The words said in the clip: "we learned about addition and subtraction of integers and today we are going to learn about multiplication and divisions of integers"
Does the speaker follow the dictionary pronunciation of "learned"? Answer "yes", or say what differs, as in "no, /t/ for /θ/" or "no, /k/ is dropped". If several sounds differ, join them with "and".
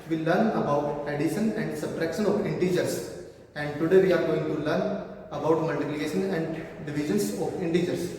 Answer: no, /d/ is dropped